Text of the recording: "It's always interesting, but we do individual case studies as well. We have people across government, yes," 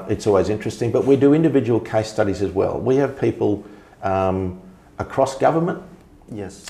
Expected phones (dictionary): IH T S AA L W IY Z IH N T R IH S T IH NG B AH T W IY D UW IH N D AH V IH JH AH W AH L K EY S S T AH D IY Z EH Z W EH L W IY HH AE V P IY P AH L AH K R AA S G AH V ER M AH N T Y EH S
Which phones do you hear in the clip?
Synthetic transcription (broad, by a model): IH T S AA L W IY Z IH N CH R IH S T IH NG B AH T W IY D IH IH N D AH V IH JH AH W AH L K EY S S T AH D IY Z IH Z W EH L W IY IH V P IY P AH L AH K R AA S G AH V ER M AH N T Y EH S